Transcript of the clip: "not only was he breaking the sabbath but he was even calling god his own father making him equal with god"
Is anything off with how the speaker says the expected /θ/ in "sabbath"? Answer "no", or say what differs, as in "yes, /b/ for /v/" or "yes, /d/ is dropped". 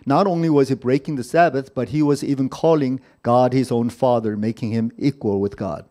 no